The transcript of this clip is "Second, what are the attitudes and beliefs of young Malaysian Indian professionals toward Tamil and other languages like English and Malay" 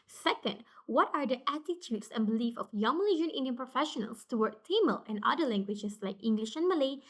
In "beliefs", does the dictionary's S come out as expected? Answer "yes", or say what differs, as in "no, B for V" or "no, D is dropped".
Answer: no, S is dropped